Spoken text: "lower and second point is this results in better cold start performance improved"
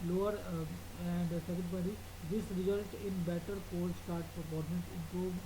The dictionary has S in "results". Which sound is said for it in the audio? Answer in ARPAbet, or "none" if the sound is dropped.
none